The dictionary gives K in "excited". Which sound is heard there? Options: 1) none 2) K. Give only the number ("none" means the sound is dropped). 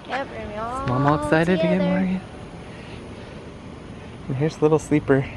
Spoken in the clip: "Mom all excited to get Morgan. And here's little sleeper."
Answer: 2